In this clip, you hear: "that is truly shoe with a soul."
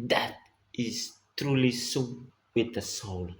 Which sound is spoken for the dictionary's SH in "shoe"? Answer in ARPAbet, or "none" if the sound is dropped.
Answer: S